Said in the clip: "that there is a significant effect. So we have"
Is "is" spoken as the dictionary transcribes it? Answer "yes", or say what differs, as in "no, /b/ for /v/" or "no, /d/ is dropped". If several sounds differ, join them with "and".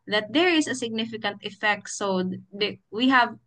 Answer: no, /s/ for /z/